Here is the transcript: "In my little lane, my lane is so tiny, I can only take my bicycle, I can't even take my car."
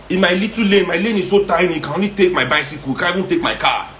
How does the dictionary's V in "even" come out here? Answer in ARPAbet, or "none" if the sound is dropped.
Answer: none